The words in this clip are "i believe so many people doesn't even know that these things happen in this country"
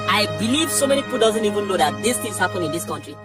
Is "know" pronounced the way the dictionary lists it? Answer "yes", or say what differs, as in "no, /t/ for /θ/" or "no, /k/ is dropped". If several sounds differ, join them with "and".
no, /l/ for /n/